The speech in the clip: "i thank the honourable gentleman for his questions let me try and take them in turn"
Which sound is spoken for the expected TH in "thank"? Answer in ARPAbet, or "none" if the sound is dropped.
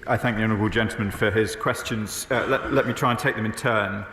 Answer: TH